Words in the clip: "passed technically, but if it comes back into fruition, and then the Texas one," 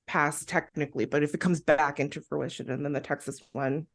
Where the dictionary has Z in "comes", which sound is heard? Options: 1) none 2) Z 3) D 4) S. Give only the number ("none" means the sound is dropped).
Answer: 2